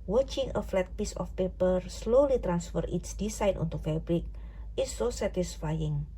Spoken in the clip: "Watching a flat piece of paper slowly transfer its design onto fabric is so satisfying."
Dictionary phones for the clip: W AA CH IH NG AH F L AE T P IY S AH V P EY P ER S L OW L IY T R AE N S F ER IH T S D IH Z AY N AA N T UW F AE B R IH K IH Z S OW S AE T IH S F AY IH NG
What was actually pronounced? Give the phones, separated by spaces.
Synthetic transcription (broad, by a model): W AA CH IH NG AH F L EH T P IY S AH F P EY P ER S L OW L IY T R AE N S F ER IH T S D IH S AY N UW N T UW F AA B R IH K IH S OW S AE T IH S F AY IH NG